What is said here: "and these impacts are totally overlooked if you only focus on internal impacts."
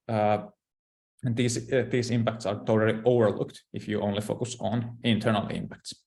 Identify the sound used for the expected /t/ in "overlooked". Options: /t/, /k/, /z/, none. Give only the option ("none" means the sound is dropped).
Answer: /t/